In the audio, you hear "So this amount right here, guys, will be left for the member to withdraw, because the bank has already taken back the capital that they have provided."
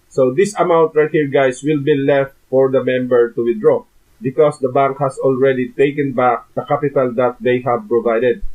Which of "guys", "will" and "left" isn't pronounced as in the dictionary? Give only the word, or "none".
guys